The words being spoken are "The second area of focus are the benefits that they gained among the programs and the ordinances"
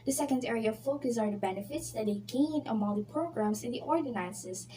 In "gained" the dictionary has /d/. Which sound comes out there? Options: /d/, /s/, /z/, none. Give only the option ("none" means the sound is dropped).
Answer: none